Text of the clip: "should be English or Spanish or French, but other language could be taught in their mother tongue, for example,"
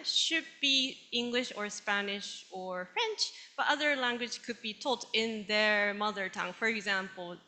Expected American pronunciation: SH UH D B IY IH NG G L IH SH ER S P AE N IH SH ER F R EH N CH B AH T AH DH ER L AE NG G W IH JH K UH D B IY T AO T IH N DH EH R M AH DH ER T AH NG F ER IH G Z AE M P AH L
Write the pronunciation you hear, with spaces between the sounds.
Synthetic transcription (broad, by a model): SH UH D B IY IH NG G L IH SH ER S P AE N IH SH ER F R EH N CH B AH T AH DH ER L AE NG G W IH JH K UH D B IY T AO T IH N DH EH R M AH DH ER T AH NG F ER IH G Z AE M P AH L